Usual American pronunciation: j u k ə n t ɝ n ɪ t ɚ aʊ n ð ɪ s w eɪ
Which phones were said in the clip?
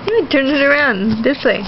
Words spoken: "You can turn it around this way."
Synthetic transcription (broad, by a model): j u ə t ɝ n ɪ t ɚ aʊ n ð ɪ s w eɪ